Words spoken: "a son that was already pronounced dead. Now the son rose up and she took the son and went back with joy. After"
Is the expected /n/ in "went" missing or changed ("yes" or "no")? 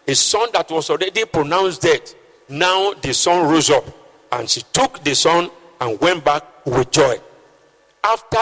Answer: no